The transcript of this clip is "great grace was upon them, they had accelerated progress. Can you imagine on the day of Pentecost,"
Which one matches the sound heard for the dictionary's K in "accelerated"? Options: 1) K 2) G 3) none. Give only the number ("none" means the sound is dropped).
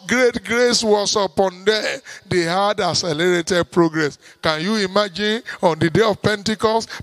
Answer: 3